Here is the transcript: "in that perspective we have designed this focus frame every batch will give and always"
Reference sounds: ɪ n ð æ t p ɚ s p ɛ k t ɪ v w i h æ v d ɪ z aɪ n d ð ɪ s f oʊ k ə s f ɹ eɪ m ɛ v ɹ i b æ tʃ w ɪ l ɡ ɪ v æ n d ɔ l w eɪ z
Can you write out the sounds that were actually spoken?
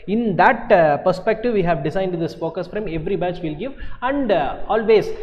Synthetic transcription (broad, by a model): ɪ n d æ t p ɚ s p ɛ k t ɪ v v i h æ v d ɪ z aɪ n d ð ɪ s p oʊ k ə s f ɹ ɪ m ɛ v ɹ i b æ tʃ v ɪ l ɡ ɪ v æ n d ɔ l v eɪ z